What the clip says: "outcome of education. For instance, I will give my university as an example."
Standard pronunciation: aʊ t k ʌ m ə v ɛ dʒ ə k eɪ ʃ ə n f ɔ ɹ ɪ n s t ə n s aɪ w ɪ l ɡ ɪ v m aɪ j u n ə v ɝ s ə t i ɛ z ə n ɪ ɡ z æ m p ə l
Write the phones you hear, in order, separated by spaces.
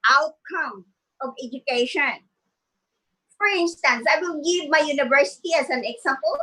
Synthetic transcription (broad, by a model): aʊ t k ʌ m ə v ɛ dʒ ə k eɪ ʃ ə n f ɔ ɹ ɪ n s t ə n s aɪ w ɪ l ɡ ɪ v m aɪ j u n ə v ɝ s ə t i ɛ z ə n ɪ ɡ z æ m p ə l